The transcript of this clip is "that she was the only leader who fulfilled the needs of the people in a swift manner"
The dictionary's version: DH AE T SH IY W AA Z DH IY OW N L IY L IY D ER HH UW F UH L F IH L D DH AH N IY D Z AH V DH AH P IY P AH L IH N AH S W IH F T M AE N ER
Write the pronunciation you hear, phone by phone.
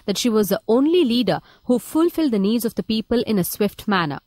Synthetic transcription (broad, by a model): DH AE T SH IY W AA Z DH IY OW N L IY L IY D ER HH UW F UH L F IH L D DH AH N IY D Z AH V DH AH P IY P AH L IH N AH S W IH F T M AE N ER